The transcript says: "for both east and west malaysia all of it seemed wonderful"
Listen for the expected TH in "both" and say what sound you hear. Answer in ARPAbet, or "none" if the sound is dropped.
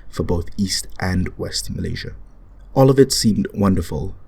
TH